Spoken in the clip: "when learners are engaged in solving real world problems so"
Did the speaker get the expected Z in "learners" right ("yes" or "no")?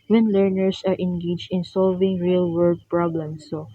no